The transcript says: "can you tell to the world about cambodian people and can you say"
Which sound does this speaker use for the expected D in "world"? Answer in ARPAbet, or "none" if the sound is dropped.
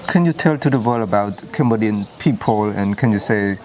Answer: none